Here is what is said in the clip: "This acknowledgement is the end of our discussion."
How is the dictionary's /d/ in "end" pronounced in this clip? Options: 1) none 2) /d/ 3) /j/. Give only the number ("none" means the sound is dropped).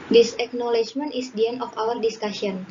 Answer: 1